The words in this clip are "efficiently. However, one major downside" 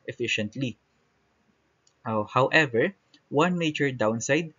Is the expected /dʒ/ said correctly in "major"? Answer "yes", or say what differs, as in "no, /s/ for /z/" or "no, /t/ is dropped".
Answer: no, /tʃ/ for /dʒ/